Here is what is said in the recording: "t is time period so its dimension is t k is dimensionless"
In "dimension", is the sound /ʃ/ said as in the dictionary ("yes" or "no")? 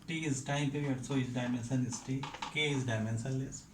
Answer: no